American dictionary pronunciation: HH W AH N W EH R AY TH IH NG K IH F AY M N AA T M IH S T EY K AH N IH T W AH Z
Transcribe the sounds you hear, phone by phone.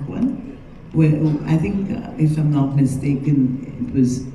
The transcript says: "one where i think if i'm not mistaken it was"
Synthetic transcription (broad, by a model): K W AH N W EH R AY TH IH NG K IH F AY M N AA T M IH S T EY K AH N IH T W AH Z